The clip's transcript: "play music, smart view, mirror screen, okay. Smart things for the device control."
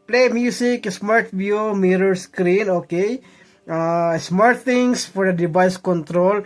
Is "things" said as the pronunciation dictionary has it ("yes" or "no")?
no